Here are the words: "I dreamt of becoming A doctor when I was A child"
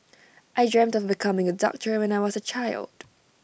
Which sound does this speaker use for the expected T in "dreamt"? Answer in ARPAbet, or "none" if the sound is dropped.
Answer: T